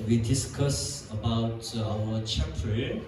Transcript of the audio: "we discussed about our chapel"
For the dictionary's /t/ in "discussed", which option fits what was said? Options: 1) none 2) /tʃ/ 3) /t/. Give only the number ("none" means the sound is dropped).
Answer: 1